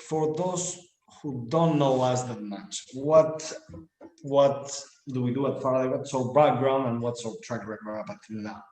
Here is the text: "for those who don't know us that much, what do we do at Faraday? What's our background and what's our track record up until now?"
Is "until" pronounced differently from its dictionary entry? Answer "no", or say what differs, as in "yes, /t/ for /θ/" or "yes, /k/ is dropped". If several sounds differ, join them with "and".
yes, /n/ is dropped